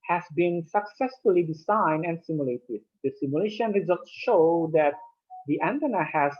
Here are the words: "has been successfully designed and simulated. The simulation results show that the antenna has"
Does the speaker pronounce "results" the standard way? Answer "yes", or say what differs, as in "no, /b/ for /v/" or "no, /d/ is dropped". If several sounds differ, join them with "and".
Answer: yes